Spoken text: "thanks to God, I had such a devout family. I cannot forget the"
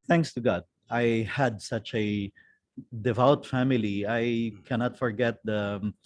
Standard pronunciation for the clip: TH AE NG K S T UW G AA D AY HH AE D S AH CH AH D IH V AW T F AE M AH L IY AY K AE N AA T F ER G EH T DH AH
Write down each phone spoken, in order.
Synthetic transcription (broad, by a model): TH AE NG K S T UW G AA D AY HH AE D S AH CH AH D IH V AW T F AE M AH L IY AY K AE N AA T F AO G EH T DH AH